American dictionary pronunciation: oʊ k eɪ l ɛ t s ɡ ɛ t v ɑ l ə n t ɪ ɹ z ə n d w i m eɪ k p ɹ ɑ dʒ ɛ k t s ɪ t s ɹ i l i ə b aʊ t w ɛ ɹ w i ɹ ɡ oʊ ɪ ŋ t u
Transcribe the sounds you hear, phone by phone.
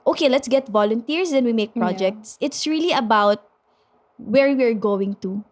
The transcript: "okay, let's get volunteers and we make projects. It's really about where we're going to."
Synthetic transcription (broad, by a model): oʊ k eɪ l ɛ t s ɡ ɛ t v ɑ l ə n t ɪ ɹ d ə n w i m eɪ k p ɹ ɑ dʒ ɛ k t s ɪ t s ɹ i l i ə b aʊ t w ɛ ɹ w i ɹ ɡ oʊ ɪ ŋ t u